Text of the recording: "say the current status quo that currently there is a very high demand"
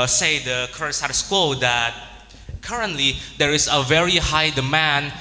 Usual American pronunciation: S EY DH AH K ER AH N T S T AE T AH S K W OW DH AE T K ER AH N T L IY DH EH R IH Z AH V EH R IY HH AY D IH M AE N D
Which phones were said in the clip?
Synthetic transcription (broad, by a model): S EY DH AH K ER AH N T S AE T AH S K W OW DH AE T K ER AH N T L IY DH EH R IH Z AH V EH R IY HH AY D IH M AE N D